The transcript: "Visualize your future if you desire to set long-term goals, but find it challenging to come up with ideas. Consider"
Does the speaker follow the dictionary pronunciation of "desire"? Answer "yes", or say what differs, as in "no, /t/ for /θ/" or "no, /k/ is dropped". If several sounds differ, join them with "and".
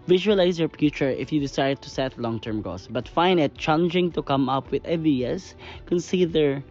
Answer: no, /s/ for /z/